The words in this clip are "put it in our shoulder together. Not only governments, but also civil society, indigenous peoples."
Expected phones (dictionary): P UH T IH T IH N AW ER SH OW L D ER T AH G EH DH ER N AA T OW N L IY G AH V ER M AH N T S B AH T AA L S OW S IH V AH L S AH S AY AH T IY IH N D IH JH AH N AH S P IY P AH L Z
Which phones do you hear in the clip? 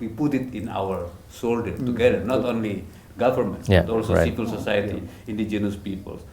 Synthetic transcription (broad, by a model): P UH T IH T IH N AW ER S OW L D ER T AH G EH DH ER N AA T OW N L IY G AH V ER M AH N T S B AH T AA L S OW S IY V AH L S AH S AY AH T IY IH N D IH JH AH N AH S P IY P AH L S